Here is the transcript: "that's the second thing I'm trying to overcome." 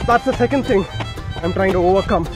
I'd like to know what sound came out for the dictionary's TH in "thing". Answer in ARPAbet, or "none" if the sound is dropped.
TH